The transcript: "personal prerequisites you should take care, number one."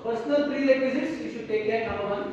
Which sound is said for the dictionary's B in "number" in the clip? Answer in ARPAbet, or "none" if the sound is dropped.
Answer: none